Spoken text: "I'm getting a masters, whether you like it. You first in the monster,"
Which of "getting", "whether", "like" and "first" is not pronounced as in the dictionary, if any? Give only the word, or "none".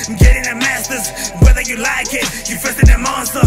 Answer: first